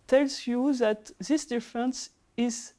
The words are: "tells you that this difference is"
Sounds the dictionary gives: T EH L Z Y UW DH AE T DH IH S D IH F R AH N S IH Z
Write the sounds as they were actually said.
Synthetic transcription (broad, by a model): T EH L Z Y UW DH AE T DH IH S D IH F R AH N S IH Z